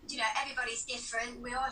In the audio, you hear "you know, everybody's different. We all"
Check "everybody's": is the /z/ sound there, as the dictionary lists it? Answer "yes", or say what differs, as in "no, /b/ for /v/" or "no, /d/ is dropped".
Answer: yes